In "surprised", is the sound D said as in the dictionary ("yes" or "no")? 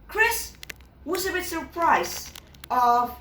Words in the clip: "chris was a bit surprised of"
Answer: no